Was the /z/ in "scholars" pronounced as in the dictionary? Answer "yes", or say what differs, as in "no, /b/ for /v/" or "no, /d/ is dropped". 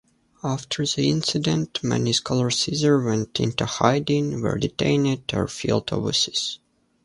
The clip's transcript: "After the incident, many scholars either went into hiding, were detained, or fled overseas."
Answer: no, /s/ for /z/